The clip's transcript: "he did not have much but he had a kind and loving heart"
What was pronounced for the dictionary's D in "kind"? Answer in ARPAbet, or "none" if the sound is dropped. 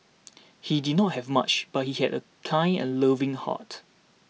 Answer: none